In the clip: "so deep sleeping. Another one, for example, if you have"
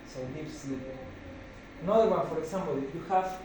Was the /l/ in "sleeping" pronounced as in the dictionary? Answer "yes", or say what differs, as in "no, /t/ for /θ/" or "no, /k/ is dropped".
no, /l/ is dropped